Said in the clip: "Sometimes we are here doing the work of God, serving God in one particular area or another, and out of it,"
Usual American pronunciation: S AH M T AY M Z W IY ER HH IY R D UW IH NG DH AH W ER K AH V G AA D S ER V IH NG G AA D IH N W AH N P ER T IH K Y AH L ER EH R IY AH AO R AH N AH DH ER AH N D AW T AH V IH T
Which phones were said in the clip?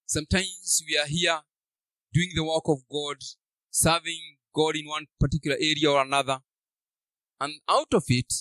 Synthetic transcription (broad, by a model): S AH M T AY M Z W IY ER HH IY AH D UW IH NG DH AH W ER K AH V G AA D S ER V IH NG G AA D IH N W AH N P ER T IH K Y L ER EH R IY AH AO R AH N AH DH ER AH N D AW T AH V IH T